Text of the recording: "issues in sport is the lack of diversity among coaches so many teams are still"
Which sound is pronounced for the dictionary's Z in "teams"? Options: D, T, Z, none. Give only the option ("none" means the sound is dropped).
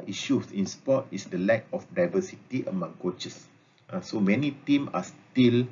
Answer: none